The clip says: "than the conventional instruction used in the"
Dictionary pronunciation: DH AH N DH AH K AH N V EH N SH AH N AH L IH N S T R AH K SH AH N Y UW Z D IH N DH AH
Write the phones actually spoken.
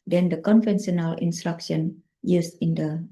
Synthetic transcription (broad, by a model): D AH N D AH K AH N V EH N S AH N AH L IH N S T R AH K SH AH N Y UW S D IH N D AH